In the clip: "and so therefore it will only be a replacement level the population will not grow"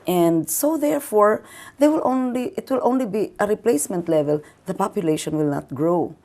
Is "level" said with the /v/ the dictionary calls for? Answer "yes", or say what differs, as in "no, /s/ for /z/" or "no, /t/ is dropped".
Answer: yes